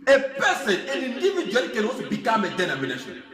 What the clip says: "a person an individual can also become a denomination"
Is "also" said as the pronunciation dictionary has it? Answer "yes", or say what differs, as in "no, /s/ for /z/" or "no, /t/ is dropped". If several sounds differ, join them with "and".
no, /l/ is dropped